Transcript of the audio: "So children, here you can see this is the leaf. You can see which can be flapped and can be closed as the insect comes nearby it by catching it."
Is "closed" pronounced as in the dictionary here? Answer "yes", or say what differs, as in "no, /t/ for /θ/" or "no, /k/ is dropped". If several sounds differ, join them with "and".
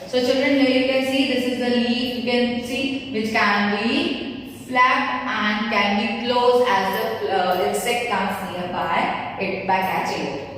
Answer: no, /d/ is dropped